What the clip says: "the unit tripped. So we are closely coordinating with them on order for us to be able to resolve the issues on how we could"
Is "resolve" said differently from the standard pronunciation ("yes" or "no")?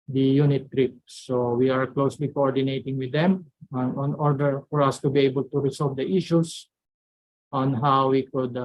yes